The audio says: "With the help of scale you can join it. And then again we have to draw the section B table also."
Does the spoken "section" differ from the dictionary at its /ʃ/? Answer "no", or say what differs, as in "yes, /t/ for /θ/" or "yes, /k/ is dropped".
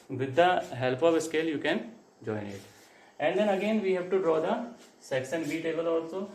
yes, /s/ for /ʃ/